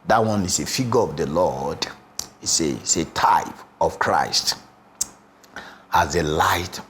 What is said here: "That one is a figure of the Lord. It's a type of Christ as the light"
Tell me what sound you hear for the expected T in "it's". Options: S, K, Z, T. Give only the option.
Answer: S